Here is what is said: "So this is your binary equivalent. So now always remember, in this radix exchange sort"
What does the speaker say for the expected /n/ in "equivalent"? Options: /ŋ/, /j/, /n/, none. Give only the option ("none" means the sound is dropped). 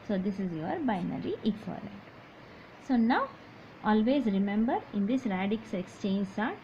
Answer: none